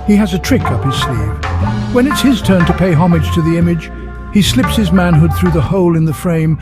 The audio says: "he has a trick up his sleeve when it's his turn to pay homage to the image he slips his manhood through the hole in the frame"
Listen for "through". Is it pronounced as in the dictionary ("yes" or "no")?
yes